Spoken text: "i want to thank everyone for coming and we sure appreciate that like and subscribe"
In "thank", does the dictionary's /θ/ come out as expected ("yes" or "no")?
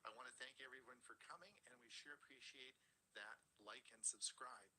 yes